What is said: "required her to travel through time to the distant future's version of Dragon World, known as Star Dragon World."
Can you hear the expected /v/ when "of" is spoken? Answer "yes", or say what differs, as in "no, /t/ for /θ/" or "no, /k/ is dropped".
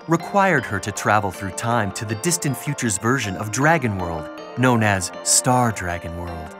yes